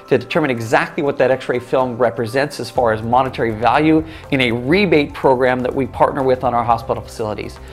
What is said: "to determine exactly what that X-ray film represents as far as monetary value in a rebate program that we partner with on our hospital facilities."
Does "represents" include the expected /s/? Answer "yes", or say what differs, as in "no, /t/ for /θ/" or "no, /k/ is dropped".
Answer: yes